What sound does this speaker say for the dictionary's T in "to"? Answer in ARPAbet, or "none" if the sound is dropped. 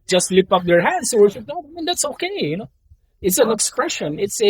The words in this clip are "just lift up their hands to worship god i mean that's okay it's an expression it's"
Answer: S